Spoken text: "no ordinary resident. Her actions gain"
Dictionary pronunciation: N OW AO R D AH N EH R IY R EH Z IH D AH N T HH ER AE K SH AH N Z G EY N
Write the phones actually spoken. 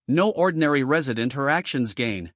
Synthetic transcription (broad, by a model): N OW AO R D N EH R IY R EH Z IH D AH N T HH ER AE K SH AH N Z G EY N